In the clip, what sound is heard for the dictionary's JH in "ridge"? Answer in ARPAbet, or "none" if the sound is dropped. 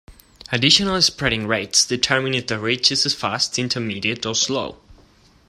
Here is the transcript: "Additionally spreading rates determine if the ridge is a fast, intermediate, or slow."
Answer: CH